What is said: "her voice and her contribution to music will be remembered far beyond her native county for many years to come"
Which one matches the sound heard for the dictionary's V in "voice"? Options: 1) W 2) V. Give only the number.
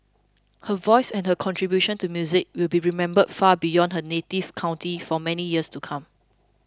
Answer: 2